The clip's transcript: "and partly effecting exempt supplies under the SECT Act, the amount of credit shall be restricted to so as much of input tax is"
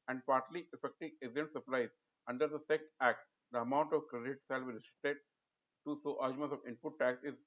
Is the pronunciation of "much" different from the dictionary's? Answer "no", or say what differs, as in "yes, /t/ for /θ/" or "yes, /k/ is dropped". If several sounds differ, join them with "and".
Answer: yes, /s/ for /tʃ/